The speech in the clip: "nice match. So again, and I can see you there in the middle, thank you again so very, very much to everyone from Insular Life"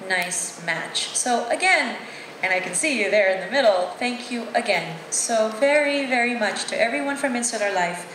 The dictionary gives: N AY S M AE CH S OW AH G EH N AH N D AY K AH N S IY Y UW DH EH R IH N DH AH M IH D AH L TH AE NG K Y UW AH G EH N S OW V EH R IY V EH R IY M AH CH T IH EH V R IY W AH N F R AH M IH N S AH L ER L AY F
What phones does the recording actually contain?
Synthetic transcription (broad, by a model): N AY S M AE CH S OW AH G EH N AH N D AY K AH N S IY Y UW DH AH R IH N DH AH M IH D L TH AE NG K Y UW AH G EH N S OW V EH R IY V EH R IY M AH CH T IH EH V R IY W AH N F R AH M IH N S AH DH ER L AY F